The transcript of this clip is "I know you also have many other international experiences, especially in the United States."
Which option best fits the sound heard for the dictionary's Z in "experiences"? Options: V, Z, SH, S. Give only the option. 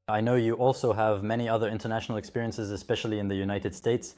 Z